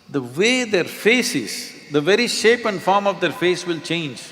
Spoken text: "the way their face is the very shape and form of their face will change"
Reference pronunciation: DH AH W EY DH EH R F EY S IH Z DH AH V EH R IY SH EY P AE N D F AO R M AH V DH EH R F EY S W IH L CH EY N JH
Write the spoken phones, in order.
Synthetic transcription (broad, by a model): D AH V EY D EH R F EY S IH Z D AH V EH R IY SH EY P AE N D F AO R M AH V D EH R F EY S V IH L CH EY N JH